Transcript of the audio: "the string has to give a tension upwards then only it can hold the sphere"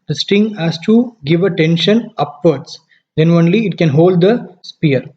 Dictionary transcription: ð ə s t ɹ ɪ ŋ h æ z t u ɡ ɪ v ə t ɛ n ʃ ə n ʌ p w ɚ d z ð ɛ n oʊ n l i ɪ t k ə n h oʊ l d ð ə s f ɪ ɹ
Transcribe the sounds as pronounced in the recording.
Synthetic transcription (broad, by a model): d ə s t ɪ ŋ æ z t u ɡ ɪ v ə t ɛ n ʃ ə n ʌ p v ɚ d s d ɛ n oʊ n l i ɪ t k ə n h oʊ l d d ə s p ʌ ɹ